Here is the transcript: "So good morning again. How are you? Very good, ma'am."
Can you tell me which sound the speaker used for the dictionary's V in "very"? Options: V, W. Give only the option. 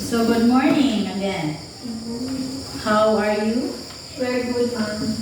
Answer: W